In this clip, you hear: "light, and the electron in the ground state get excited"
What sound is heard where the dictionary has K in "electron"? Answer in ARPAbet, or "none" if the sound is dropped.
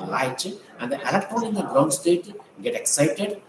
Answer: none